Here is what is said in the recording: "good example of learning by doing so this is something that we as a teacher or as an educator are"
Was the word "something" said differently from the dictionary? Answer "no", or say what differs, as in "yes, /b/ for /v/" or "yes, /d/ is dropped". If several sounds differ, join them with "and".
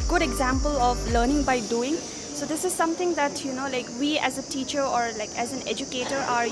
yes, /t/ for /θ/